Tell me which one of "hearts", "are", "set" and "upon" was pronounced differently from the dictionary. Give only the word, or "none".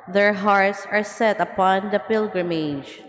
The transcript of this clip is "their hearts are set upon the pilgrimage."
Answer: none